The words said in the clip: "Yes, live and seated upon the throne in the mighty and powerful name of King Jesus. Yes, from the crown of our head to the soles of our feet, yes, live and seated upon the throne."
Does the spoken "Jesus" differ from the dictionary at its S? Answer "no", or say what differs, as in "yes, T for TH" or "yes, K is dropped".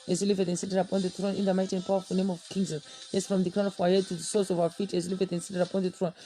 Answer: yes, S is dropped